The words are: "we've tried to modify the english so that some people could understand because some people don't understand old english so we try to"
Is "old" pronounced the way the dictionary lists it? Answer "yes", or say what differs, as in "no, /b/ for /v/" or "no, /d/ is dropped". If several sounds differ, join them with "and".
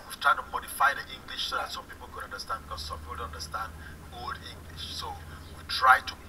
no, /l/ is dropped